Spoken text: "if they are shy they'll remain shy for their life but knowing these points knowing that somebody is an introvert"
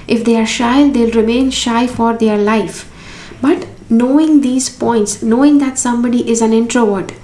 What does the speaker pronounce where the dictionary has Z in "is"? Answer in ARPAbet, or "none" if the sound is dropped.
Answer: Z